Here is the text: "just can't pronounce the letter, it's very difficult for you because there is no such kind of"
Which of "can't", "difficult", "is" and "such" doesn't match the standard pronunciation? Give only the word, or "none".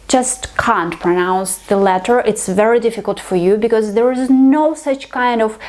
none